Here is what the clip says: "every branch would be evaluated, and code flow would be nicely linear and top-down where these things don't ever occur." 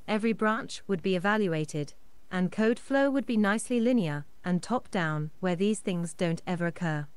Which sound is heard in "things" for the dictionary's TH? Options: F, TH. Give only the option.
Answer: TH